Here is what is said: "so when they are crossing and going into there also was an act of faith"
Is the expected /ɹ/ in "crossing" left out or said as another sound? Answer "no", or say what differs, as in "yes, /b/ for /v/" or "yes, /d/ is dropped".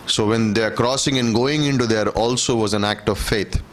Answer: no